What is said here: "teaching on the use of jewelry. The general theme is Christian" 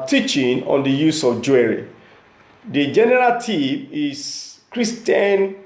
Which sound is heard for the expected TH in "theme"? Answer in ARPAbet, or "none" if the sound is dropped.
T